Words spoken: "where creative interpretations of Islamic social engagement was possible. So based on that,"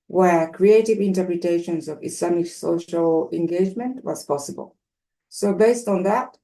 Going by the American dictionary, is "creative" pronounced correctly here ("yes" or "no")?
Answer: yes